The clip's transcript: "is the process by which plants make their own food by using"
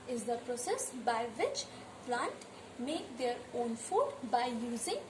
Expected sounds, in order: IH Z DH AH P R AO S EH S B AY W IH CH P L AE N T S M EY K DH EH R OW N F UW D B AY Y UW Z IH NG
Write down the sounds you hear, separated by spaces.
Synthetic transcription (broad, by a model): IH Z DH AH P R AO S EH S B AY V IH CH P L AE N T M EY K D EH R OW N F UW D B AY Y UW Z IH NG